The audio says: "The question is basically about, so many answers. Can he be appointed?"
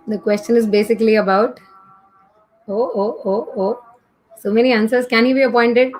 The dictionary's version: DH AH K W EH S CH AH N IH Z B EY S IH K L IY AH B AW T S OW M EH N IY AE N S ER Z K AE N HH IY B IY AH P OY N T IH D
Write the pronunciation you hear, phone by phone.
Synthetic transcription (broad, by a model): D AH K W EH S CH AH N IH Z B EY S IH K L IY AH B AW T S OW M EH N IY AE N S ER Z K AE N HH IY B IY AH P OY N T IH D